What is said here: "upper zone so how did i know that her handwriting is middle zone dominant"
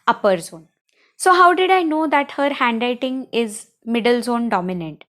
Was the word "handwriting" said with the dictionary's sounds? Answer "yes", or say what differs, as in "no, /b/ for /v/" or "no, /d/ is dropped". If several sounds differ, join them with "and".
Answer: no, /ɹ/ is dropped